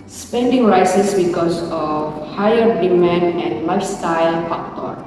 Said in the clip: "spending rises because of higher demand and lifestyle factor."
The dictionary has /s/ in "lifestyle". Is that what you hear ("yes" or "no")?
yes